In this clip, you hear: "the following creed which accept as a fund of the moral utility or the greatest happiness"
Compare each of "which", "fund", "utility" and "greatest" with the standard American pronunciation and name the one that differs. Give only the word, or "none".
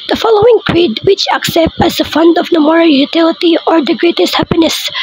none